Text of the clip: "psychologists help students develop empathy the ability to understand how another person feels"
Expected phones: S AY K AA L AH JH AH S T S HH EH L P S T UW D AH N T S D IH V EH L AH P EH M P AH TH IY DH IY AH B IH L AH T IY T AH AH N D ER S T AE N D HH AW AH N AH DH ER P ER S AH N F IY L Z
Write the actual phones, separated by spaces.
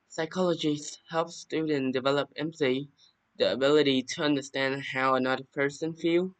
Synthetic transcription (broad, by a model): S AY K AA L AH JH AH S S HH EH L F S T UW D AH N D IH V EH L AH P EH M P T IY DH IY AH B IH L AH T IY T AH AH N D ER S T AE N D HH AW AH N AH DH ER P ER S AH N F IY L